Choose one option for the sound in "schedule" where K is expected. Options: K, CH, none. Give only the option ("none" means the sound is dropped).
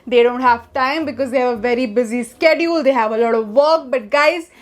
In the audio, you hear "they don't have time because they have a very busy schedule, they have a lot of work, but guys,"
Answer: K